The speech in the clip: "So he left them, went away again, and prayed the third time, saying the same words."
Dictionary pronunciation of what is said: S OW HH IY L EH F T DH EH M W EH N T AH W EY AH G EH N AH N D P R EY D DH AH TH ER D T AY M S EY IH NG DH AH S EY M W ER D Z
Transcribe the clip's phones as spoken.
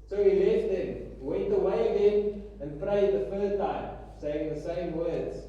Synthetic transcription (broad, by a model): S OW HH IY L EH F T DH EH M W EH N T AH W EY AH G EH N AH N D P R EY D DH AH F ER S T AY M S EY IH NG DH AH S EY M W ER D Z